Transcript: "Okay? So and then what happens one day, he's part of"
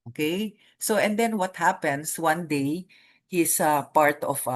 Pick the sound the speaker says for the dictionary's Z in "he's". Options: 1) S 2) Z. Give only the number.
1